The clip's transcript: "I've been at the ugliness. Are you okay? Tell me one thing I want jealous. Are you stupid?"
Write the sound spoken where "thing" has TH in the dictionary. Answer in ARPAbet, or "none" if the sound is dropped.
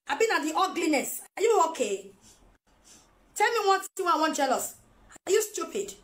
T